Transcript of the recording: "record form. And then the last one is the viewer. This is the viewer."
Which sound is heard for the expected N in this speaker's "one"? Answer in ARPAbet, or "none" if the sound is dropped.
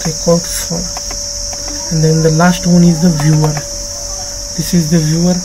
N